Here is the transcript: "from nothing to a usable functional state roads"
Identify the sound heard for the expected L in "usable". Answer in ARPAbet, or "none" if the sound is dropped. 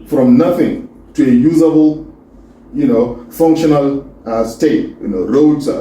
N